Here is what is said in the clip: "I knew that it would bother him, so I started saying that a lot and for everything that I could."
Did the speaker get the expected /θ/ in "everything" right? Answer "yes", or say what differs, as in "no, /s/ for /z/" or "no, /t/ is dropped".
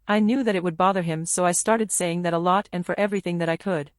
yes